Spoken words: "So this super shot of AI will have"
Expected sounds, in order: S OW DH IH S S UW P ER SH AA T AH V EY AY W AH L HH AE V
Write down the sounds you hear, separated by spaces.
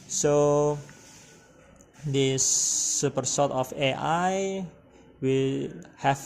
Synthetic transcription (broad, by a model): S OW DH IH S S UW P ER S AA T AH F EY AY W AH L HH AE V